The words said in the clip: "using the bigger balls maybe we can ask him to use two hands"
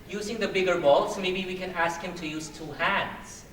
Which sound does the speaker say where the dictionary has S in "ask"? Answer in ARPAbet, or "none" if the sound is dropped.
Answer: S